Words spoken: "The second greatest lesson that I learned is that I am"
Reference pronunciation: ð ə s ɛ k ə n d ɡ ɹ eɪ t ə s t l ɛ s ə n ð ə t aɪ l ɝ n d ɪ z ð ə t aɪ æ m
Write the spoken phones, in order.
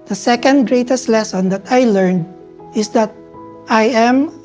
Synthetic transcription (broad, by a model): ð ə s ɛ k ə n d ɡ ɹ eɪ t ə s t l ɛ s ə n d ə t aɪ l ɝ n d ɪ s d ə t aɪ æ m